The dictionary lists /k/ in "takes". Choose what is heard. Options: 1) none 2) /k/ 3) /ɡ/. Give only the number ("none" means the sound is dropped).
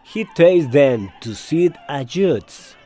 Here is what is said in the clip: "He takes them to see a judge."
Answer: 1